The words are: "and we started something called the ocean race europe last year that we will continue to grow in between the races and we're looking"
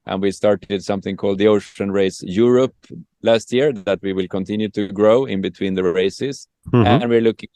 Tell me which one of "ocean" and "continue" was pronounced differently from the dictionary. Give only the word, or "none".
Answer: none